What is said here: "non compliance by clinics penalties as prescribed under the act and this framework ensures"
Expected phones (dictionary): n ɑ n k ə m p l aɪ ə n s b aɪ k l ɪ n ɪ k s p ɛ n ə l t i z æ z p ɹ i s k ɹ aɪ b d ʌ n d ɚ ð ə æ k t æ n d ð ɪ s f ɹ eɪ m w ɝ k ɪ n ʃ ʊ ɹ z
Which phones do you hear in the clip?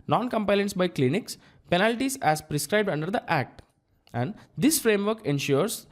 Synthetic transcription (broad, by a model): n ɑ n k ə m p aɪ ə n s b aɪ k l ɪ n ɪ k s p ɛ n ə l t i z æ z p ɹ i s k ɹ aɪ b d ʌ n d ɚ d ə æ k t æ n d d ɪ s f ɹ eɪ m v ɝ k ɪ n ʃ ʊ ɹ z